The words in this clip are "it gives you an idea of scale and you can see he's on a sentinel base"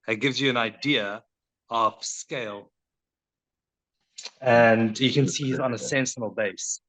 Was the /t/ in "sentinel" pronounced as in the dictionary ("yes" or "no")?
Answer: no